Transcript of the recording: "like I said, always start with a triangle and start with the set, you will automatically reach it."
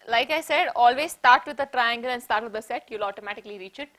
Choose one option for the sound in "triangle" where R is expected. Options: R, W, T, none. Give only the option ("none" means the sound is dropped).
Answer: R